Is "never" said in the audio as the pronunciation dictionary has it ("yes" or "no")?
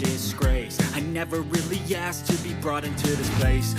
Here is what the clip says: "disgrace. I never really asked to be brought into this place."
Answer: yes